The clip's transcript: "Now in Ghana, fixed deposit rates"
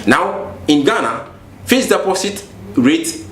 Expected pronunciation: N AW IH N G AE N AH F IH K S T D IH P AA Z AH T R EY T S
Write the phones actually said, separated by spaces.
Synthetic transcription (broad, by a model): N AW IH N G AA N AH F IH S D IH P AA S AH T R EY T